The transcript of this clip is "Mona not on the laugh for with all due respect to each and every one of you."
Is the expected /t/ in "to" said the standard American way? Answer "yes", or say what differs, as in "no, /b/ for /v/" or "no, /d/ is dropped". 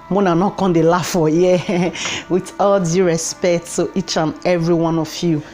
no, /s/ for /t/